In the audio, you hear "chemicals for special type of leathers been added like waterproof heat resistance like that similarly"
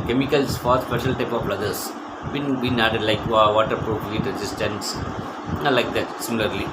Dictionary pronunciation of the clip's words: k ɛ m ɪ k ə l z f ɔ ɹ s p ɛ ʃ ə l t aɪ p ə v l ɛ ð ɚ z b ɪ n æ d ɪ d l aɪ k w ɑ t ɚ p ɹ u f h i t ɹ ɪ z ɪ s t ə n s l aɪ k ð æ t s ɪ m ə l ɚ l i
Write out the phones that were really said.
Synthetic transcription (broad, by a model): k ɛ m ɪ k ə l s f ɔ ɹ s p ɛ ʃ ə l t aɪ p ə b l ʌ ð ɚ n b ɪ n æ d ɪ d l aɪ k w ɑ t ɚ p ɹ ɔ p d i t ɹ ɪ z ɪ s t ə n s l aɪ k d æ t s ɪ m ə l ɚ l i